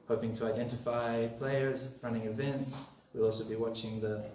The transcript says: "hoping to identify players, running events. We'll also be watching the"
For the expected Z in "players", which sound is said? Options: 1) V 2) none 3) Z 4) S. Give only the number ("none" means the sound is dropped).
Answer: 3